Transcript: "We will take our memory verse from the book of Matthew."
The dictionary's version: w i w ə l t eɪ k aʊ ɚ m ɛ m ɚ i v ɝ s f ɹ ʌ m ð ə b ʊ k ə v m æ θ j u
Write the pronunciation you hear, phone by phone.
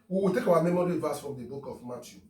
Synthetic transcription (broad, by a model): w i w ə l t eɪ k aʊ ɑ m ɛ m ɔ i v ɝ s f ɹ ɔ m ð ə b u k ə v m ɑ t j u